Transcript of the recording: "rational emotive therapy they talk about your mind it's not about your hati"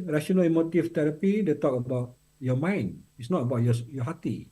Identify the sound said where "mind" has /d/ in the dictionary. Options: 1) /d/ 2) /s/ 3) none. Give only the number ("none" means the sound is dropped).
3